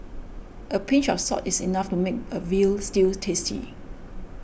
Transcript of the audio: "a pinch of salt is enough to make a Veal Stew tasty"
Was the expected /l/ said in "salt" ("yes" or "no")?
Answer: no